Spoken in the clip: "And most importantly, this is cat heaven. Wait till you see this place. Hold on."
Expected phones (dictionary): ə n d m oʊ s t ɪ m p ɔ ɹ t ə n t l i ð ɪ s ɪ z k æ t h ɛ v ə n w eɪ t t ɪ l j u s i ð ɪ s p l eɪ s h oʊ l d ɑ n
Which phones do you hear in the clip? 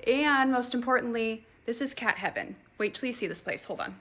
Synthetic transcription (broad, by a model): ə n m oʊ s t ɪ m p ɔ ɹ t n t l i ð ɪ s ɪ z k æ t h ɛ v ə n w eɪ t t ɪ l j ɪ s i ð ɪ s p l eɪ s h oʊ l d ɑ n